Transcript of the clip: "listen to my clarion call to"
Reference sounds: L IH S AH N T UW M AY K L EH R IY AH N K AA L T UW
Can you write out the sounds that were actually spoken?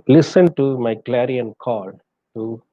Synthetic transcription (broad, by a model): L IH S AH N T UW M AY K L EH R IY AH N K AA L T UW